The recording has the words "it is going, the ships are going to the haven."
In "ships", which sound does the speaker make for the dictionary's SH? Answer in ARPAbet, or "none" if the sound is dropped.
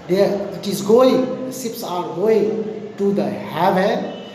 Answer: S